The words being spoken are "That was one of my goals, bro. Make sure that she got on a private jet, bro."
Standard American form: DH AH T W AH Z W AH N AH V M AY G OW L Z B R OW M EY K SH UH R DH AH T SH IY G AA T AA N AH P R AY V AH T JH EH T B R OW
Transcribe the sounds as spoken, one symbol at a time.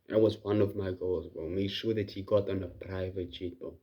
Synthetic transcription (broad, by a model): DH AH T W AH Z W AH N AH V M AY G OW L Z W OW M EY K SH UH R DH AH T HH IY G AA T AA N AH P R AY V AH T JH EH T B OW